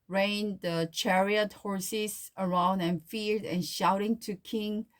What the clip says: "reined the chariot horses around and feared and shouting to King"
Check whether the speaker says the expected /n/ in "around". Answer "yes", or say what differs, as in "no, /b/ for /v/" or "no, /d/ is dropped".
yes